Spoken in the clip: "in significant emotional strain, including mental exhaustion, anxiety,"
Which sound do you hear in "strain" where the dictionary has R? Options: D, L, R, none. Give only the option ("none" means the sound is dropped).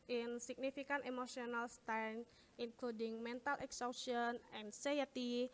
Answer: none